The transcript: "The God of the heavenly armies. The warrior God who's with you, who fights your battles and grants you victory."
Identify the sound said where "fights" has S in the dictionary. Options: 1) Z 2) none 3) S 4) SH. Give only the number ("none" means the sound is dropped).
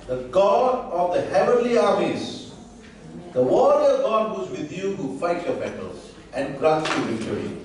2